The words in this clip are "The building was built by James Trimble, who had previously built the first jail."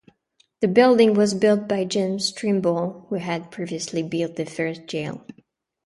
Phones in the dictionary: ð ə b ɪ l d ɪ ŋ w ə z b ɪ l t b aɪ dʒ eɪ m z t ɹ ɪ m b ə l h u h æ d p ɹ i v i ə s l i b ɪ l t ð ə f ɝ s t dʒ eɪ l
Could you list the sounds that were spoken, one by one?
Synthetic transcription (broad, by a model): ð ə b ɪ l d ɪ ŋ w ə z b ɪ l t b aɪ dʒ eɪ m s t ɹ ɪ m b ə l h u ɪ d p ɹ i v i ə s l i b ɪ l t ð ə f ɝ s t dʒ eɪ l